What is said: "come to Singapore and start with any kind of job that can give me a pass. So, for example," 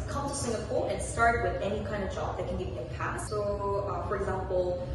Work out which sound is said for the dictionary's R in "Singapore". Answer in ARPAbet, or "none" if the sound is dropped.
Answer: L